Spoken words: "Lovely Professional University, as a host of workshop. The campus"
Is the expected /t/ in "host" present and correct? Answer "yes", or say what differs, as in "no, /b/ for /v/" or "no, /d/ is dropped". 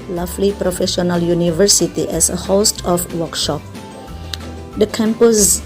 yes